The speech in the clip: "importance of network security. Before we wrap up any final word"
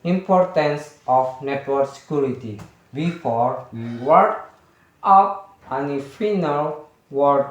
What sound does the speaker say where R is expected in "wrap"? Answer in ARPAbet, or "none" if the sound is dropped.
W